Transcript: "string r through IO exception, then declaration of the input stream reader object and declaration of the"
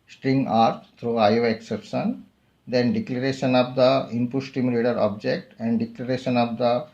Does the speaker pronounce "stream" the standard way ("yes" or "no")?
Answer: no